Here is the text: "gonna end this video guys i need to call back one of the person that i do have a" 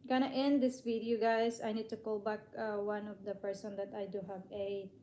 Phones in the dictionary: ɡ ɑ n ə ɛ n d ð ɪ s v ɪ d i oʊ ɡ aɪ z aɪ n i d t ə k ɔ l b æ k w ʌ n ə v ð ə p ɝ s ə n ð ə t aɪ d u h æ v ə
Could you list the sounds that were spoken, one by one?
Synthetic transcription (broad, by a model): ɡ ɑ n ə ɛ n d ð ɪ s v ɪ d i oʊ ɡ aɪ s aɪ n i d t ə k ɔ l b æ k w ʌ n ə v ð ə p ɝ s ə n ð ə t aɪ d u h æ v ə